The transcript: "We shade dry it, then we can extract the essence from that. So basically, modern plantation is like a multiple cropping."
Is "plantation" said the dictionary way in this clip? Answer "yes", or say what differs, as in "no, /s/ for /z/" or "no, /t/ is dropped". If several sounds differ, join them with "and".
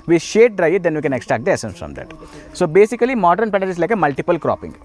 no, /l/ is dropped and /n/ is dropped